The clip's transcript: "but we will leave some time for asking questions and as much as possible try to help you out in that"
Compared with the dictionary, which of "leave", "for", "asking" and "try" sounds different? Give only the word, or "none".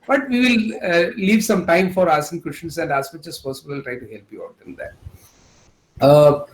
asking